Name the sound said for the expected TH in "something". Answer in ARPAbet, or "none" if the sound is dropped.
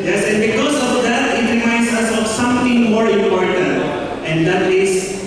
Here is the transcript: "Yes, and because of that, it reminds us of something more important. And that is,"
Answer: T